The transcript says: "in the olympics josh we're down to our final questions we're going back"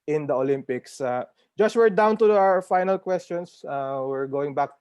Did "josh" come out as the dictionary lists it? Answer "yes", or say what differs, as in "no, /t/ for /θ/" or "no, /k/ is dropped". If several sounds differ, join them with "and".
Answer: no, /s/ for /ʃ/